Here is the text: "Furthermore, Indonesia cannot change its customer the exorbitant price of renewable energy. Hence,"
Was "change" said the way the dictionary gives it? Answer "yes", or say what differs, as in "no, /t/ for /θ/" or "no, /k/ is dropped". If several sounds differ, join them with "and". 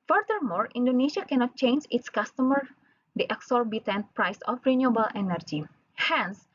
yes